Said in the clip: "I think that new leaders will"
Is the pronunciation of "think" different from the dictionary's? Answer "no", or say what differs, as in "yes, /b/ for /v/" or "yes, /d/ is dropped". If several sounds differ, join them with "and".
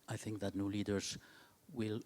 no